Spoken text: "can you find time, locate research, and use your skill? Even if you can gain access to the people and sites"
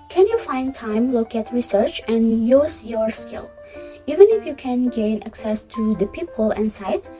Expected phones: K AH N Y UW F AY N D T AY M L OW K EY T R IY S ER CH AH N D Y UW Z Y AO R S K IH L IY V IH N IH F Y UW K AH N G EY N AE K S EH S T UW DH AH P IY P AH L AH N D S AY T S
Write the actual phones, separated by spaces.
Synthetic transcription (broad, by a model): K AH N Y UW F AY N D T AY M L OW K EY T R IY S ER CH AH N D Y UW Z Y AO R S K IH L IY V IH N IH F Y UW K AH N G EY N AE K S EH S T UW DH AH P IY P AH L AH N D S AY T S